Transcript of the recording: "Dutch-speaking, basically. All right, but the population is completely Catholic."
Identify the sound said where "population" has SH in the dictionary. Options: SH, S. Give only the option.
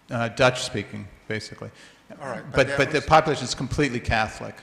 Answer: SH